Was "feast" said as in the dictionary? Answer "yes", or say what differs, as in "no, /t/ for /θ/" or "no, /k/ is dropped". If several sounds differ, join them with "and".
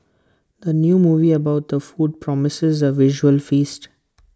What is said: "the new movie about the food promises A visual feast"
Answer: yes